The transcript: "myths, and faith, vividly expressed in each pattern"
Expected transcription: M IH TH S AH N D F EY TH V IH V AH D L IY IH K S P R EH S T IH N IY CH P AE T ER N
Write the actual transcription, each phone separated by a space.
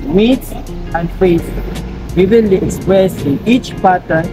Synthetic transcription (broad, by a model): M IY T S AH N D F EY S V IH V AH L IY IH K S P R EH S IH N IY CH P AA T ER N